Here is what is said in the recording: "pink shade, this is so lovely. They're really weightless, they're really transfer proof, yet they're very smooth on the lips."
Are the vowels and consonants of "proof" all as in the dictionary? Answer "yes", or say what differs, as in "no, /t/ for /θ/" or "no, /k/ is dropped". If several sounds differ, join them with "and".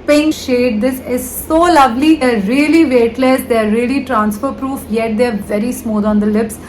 yes